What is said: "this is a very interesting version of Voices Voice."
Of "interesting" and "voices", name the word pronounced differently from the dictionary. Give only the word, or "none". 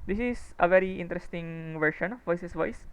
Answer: voices